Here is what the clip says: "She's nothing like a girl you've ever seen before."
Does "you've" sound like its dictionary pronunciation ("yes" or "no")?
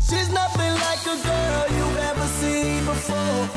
no